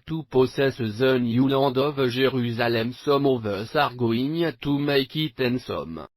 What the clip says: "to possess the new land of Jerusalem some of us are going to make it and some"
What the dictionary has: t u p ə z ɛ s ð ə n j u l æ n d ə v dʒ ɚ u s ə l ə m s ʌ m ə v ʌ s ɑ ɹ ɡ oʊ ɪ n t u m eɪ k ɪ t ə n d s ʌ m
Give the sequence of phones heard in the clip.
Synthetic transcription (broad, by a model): t u p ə s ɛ s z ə n j u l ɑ d ə v ʒ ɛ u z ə l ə m s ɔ m ə v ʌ s ɑ ɹ ɡ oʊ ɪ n t u m eɪ k ɪ t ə n s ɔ m